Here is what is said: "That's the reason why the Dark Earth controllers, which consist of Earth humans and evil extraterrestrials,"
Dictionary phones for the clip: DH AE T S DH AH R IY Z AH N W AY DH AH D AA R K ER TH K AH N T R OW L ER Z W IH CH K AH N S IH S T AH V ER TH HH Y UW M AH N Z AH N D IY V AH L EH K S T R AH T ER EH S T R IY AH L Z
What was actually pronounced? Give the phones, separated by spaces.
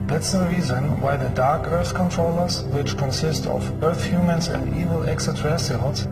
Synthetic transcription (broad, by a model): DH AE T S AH R IY Z AH N W AY DH AH D AA R K ER TH K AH N T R OW L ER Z W IH CH K AH N S IH S T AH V ER TH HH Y UW M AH N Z AH N D IY V AH L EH K S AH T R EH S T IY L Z